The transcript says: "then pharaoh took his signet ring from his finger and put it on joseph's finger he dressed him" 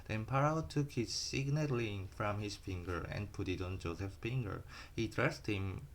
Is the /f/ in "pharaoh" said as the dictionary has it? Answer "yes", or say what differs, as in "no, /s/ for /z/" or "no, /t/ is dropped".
no, /p/ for /f/